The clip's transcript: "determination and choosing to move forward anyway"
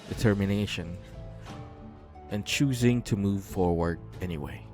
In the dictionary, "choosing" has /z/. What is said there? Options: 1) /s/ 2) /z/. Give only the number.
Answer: 2